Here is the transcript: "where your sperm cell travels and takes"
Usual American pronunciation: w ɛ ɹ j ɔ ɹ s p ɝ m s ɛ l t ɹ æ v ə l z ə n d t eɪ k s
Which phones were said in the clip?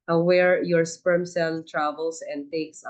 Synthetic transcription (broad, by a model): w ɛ ɹ j ɔ ɹ s p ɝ m s ɛ l t ɹ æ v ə l s ə n d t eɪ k s